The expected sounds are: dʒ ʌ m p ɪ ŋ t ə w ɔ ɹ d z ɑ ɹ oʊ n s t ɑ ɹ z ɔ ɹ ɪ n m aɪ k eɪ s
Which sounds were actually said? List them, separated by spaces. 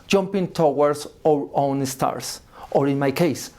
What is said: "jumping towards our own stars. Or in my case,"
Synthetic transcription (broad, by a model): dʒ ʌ m p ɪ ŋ t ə w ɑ ɹ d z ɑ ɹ oʊ n s t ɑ ɹ s ɔ ɹ ɪ n m aɪ k eɪ s